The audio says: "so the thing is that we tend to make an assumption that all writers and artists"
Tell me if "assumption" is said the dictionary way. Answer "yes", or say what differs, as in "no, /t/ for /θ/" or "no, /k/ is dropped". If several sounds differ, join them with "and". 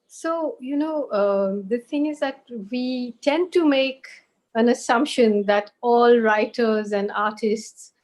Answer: yes